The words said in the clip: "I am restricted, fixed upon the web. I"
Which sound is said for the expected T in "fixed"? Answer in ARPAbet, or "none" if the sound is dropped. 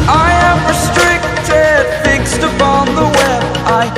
T